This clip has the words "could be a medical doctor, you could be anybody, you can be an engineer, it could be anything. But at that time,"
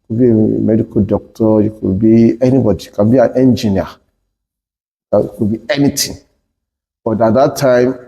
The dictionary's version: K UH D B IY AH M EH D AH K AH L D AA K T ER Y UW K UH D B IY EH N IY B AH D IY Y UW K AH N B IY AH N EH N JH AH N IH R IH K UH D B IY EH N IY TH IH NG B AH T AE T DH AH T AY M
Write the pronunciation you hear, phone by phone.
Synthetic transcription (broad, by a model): K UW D B IY AH M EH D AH K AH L D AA K T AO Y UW K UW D B IY EH N IY B AH D IY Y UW K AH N B IY AH N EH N JH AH N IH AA IH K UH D B IY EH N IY T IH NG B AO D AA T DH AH T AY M